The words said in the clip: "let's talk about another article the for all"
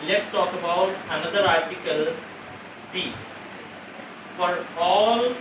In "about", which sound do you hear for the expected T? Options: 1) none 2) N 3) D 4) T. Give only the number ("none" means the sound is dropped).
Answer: 4